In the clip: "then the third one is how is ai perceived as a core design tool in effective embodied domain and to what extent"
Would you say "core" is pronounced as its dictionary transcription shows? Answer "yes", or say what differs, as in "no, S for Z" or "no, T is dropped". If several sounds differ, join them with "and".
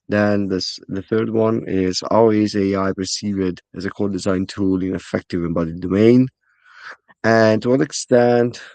no, L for R